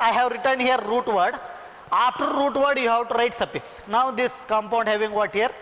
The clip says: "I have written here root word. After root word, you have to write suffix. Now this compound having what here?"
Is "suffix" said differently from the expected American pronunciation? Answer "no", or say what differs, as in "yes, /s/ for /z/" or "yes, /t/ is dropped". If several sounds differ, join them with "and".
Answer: yes, /p/ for /f/